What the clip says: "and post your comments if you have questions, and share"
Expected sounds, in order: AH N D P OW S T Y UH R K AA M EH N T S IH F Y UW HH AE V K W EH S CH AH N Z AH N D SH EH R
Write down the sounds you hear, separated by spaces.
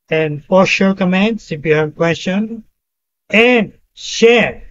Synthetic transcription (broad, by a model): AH N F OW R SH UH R K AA M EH N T S IH F Y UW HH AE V K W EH S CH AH N AH N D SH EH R